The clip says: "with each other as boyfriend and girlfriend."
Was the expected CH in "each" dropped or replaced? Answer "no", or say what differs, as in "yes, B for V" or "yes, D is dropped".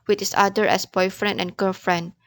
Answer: yes, S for CH